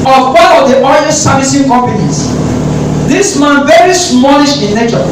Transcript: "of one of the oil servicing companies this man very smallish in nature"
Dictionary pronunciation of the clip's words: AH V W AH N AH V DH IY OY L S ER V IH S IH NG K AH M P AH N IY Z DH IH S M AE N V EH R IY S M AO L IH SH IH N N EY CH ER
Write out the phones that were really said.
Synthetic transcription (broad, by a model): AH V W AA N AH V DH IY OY N S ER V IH S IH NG K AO M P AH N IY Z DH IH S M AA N V EH R IY S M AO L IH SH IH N N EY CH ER